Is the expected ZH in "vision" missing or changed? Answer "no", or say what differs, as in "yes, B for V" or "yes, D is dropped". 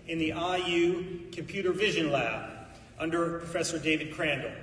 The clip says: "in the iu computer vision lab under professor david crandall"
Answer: no